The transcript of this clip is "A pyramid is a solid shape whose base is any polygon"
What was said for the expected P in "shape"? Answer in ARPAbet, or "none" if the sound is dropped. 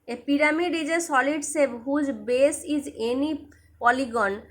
B